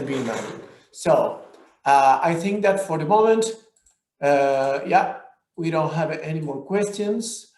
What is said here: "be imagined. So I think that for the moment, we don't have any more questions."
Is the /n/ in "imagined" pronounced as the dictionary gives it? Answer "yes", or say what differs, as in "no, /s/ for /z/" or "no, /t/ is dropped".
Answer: no, /n/ is dropped